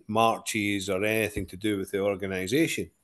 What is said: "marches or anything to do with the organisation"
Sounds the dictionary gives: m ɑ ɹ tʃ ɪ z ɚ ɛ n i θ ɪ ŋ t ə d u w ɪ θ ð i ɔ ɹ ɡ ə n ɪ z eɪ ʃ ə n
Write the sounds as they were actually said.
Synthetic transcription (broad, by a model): m ɑ ɹ tʃ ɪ z ɚ ɛ n i θ ɪ ŋ t ə d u w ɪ ð i ɔ ɹ ɡ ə n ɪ z eɪ ʃ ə n